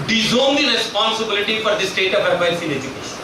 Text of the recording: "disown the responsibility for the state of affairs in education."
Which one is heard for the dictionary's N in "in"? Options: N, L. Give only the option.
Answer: L